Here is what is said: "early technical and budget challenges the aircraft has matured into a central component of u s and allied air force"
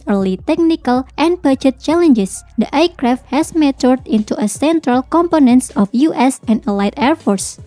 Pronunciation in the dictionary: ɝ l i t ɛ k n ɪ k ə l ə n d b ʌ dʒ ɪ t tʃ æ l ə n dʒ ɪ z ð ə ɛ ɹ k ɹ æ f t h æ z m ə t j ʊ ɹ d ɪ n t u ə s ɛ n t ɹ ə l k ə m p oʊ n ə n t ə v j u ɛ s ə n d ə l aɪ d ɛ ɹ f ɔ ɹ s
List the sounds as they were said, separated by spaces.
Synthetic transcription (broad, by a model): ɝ l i t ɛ k n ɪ k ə l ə n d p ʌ tʃ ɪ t tʃ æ l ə n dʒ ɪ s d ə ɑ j k ɹ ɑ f t h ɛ s m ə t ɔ ɹ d ɪ n t u ə s ɛ n t ɹ ə l k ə m p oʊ n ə n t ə f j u ɛ s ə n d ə l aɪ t ɛ ɹ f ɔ ɹ s